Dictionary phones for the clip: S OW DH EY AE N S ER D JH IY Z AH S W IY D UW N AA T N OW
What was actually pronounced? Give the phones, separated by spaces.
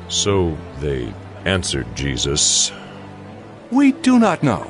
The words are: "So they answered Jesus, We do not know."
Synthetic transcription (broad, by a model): S OW DH EY AE N S ER D JH IY Z AH S W IY D UW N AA T N OW